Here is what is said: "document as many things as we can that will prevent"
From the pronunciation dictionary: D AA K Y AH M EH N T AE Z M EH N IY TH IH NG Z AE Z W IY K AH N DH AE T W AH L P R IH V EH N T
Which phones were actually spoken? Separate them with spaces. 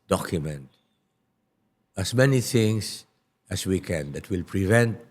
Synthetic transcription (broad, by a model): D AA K Y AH M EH N T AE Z M EH N IY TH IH NG S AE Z W IY K AH N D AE T W AH L P R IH V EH N T